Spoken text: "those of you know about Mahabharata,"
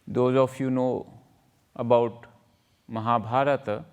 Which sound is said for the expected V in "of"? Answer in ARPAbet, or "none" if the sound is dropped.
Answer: F